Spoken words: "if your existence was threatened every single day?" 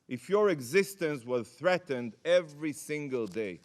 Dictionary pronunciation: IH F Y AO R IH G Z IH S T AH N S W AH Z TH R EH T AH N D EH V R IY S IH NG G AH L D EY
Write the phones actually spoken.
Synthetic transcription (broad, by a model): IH F Y AO R IH G Z IH S T AH N S W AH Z TH R EH T AH N D EH V R IY S IH NG G AH L D EY